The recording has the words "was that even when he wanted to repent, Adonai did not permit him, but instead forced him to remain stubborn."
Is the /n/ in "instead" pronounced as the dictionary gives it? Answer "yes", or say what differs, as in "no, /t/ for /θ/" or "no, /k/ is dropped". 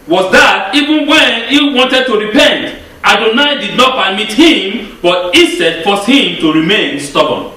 no, /n/ is dropped